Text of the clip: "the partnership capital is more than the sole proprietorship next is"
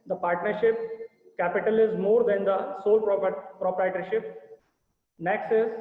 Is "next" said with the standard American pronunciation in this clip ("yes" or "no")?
yes